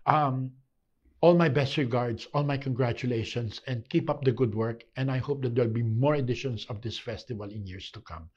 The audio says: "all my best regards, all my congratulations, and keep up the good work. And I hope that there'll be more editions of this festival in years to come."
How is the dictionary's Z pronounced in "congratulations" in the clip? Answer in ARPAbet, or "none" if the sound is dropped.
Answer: S